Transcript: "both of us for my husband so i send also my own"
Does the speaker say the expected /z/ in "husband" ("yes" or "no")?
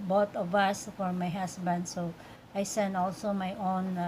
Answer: no